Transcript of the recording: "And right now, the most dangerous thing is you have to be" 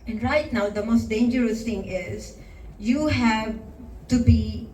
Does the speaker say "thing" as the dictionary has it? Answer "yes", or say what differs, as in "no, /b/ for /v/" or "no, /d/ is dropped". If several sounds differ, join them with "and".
no, /t/ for /θ/